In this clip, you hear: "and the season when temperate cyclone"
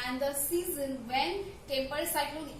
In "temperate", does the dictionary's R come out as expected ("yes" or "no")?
no